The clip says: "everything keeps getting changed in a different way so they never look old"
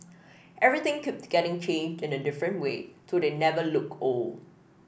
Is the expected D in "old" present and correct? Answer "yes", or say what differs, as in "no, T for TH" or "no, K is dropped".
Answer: no, D is dropped